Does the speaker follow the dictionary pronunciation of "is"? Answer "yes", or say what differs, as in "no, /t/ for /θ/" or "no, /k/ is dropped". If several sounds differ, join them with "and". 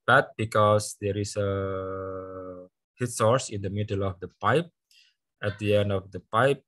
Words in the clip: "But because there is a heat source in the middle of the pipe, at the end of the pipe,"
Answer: no, /s/ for /z/